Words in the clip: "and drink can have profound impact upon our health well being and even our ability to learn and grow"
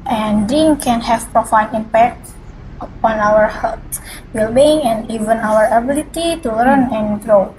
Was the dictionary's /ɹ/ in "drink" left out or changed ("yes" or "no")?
yes